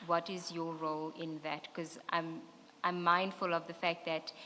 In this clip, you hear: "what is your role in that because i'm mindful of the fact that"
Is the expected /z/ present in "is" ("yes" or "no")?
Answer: yes